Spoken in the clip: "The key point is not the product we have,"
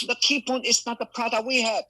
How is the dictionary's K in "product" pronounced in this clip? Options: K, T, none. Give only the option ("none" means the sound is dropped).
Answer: none